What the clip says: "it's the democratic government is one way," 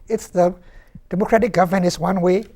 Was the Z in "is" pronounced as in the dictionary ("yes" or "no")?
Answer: no